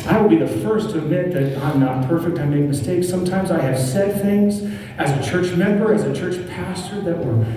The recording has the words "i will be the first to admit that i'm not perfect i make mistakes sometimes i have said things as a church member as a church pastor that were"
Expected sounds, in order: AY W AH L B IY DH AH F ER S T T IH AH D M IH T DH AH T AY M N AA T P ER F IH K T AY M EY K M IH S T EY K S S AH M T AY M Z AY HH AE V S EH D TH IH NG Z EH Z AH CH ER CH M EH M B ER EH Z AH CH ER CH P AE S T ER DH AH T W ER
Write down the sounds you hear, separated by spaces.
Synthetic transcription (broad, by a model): AY W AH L B IY DH AH F ER S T T IH AH D M IH T DH AH T AY M N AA T P ER F IH K T AY M EY K M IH S T EY K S S AH M T AY M Z AY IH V S EH D TH IH NG Z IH Z AH CH ER CH M EH M B ER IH Z AH CH ER CH P AE S T ER DH AH T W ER